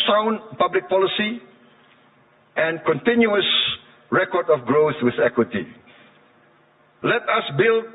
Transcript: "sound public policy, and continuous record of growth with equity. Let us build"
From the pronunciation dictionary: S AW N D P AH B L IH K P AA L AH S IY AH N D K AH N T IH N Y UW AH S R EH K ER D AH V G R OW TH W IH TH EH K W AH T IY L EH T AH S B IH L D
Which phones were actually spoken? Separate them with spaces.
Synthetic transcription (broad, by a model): S AW N P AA B L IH K P AA L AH S IY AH N K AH N T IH N Y UW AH S R EH K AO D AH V G R OW TH W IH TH EH K W AH T IY L EH T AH S B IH L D